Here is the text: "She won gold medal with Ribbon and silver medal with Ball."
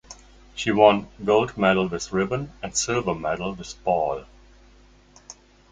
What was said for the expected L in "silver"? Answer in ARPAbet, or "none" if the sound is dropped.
none